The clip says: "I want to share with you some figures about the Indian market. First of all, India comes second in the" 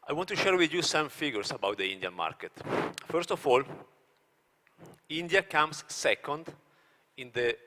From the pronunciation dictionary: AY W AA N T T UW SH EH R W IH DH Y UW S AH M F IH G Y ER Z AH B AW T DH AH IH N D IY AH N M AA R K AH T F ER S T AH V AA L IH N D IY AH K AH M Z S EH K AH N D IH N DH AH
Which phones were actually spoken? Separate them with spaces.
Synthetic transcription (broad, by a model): AY W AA N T T UW SH EH R W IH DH Y UW S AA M F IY G Y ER S AH B AW T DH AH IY N D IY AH N M AA R K AH T F ER S T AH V AA L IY N D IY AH K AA M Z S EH K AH N D IH N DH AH